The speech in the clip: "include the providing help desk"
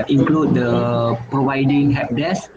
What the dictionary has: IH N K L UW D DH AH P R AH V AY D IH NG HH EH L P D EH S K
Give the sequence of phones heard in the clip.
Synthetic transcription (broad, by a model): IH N K L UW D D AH P R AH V AY D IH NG HH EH P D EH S